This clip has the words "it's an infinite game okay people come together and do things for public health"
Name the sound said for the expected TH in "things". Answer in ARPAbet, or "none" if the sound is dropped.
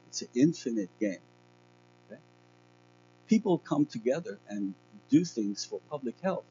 TH